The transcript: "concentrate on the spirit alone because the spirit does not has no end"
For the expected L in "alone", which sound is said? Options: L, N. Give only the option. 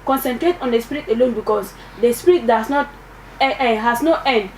L